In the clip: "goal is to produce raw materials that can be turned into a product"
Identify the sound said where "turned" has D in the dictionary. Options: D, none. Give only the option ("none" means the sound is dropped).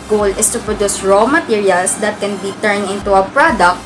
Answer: none